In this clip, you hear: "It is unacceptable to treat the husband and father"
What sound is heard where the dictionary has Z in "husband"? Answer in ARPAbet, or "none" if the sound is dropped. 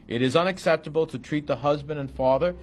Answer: Z